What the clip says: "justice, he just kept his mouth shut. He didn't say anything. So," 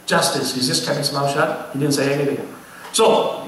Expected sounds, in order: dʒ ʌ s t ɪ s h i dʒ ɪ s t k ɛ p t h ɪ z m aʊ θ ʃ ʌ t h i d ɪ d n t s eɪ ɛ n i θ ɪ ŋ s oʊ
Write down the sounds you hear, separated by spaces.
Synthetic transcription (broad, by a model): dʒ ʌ s t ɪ s h i z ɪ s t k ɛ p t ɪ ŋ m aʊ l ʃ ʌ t h i d ɪ d n t s eɪ ɛ n i θ ɪ ŋ s oʊ